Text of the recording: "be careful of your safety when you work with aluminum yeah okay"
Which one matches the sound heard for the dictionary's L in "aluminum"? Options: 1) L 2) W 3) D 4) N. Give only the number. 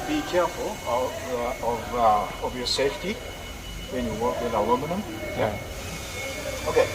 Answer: 2